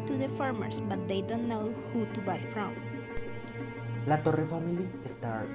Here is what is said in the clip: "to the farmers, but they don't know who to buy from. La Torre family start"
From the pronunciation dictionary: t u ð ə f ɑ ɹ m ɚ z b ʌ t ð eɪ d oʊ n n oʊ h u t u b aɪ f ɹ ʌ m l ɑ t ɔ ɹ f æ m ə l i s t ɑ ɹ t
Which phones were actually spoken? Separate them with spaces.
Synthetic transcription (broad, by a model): t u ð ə f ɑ ɹ m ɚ s b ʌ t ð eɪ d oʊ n n oʊ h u t u b aɪ f ɹ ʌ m l ɑ t ɔ ɹ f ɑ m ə l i s t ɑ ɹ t